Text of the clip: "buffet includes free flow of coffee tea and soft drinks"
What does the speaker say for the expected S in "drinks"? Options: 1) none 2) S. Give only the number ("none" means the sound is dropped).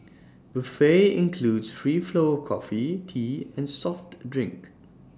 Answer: 1